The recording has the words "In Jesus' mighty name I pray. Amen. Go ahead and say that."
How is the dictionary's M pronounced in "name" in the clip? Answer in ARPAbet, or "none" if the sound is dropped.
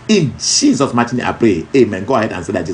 none